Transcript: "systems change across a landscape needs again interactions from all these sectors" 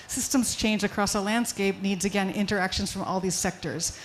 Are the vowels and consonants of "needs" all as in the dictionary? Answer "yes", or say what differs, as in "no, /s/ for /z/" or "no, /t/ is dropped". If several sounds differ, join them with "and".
yes